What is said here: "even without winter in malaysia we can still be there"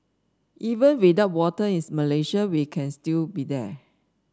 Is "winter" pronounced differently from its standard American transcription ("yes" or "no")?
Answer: yes